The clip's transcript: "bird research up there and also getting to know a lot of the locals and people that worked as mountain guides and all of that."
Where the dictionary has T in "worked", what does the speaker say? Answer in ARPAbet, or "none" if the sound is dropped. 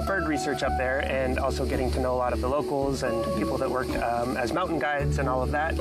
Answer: none